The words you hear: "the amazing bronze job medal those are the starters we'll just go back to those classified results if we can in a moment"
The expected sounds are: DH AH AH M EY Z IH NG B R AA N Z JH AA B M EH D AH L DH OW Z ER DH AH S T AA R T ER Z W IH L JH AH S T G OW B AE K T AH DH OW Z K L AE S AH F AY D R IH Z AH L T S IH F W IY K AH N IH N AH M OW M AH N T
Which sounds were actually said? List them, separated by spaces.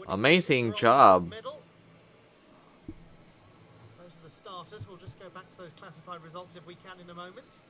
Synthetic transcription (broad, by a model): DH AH AH M EY Z IH NG JH AA B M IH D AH L DH OW Z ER DH AH S T AA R T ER Z W IH L JH AH S G OW B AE K T AH DH OW Z K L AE S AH F AY D R IH Z AH L T S IH F W IY K AH N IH N AH M OW M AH N T